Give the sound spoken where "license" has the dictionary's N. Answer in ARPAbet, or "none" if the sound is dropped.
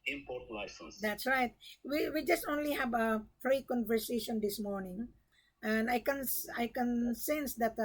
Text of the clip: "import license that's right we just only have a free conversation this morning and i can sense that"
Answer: none